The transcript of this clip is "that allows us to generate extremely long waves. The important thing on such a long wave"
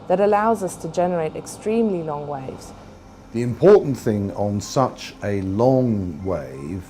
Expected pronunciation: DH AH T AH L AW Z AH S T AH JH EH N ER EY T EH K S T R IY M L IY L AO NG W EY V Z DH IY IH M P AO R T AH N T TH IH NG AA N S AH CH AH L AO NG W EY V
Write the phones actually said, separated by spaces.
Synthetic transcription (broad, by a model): DH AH T AH L AW Z AH S T AH JH EH N ER EY T EH K S T R IY M L IY L AO NG W EY V Z DH IY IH M P AO T N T TH IH NG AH N S AH CH AH L AO NG W EY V